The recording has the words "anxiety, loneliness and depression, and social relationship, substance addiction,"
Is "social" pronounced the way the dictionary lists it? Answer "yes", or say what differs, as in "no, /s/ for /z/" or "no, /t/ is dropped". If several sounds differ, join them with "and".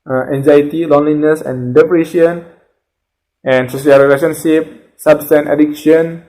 no, /s/ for /ʃ/